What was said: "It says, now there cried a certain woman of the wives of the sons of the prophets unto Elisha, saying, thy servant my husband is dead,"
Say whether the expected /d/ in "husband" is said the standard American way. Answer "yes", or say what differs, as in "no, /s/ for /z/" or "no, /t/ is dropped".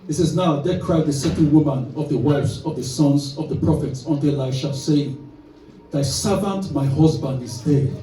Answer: yes